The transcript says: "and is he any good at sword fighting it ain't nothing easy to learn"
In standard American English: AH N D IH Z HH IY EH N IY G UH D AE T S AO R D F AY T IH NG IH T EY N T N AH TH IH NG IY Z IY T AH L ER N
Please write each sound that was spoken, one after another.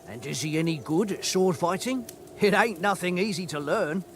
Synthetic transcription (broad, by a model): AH N IH Z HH IY EH N IY G UH D S AO R D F AY T IH NG IH T EY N N AH TH IH NG IY Z IY T AH L ER N